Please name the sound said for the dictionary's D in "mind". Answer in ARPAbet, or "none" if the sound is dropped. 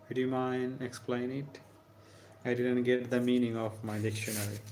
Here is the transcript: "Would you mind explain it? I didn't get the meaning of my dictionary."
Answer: none